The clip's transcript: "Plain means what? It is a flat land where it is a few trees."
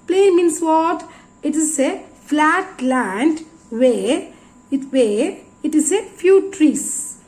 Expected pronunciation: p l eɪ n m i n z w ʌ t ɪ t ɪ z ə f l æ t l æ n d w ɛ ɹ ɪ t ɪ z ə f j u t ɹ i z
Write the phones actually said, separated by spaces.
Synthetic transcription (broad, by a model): p l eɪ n m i n s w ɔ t ɪ t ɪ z ə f l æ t l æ n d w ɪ w ɪ t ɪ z ə f j u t ɹ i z